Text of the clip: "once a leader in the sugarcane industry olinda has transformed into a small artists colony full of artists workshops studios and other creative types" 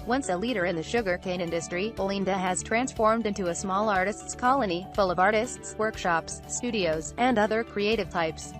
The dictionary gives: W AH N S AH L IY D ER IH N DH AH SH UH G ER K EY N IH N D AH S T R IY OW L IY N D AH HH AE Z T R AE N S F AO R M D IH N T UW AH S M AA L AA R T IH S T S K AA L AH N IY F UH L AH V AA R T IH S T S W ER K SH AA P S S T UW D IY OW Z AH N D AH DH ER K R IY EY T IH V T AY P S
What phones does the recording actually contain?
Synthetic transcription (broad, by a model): W AH N S AH L IY D ER IH N DH AH SH UH G ER K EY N IH N D AH S T R IY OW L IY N D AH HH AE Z T R AE N S F AO R M D IH N T UW AH S M AA L AA R T IH S T S K AA L AH N IY F UH L AH V AA R T IH S T S W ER K SH AA P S S T UW D IY OW Z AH N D AH DH ER K R IY EY T IH V T AY P S